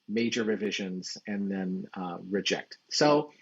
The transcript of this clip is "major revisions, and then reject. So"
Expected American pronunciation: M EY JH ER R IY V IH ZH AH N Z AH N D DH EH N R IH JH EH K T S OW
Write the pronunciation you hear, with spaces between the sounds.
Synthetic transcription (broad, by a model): M EY JH ER R IY V IH ZH AH N Z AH N DH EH N R IH JH EH K T S OW